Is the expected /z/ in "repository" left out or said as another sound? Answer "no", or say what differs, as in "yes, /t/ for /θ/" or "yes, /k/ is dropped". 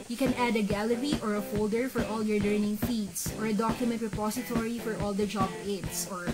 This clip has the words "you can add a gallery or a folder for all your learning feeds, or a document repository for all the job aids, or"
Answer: yes, /s/ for /z/